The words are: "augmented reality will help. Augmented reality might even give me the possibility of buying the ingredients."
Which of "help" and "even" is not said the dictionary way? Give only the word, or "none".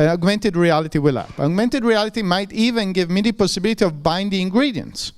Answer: help